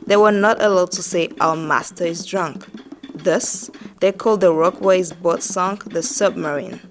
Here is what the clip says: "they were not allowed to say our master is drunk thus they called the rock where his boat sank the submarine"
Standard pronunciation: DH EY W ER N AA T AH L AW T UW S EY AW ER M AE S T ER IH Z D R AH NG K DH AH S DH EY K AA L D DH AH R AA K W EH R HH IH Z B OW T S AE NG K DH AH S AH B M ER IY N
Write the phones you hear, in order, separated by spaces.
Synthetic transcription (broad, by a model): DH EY W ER N AA T AH L AW T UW S EY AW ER M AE S T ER IH Z D R AH NG K DH AH S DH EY K AA L D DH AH R AA K W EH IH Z B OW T S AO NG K DH AH S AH B M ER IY N